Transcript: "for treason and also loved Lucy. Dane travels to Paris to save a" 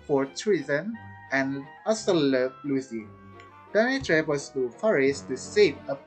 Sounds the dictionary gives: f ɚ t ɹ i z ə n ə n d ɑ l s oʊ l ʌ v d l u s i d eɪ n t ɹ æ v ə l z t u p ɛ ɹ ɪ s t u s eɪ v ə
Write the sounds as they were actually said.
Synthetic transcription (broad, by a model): f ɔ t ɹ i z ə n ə n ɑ s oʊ l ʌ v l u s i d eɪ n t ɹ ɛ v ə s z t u f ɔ ɹ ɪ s t u s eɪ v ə